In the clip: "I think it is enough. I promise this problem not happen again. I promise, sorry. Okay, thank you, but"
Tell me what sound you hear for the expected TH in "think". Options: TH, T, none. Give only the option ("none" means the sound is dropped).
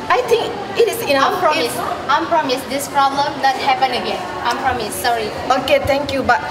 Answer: T